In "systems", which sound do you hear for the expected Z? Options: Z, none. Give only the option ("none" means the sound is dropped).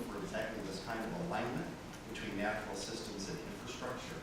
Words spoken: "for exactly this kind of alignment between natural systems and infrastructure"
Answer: Z